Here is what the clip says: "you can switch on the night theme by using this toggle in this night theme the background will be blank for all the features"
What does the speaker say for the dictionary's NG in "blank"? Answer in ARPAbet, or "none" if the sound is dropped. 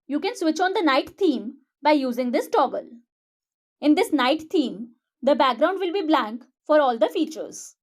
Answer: NG